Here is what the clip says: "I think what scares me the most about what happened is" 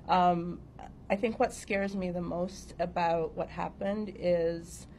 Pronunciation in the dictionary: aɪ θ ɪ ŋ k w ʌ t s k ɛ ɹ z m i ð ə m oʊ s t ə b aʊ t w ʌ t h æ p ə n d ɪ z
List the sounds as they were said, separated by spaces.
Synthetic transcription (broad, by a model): aɪ θ ɪ ŋ k w ʌ t s k ɛ ɹ z m i ð ə m oʊ s t ə b aʊ t w ʌ t h æ p ə n d ɪ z